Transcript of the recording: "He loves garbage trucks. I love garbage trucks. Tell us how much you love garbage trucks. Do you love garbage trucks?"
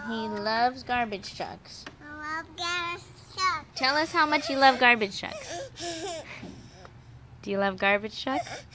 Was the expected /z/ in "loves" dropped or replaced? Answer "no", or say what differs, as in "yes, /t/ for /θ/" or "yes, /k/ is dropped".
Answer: no